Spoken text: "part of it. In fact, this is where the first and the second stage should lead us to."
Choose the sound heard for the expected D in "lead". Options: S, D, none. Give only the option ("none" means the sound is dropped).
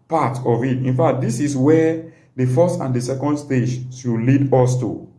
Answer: D